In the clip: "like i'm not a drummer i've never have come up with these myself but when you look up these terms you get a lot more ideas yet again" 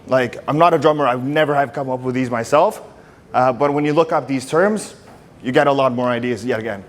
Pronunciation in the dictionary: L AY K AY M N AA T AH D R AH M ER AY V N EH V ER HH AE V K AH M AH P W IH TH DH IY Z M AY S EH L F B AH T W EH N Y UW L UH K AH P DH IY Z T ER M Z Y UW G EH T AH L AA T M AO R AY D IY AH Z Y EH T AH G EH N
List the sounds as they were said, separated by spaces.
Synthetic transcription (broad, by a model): L AY K AY M N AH T AH D R AH M ER AY W N EH V ER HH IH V K AH M AH P W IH DH IY Z M AY S EH L F B AH T W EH N Y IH L UH K AH P DH IY Z T ER M Z Y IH G EH T AH L AA T M AO R AY D IY AH Z Y EH T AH G EH N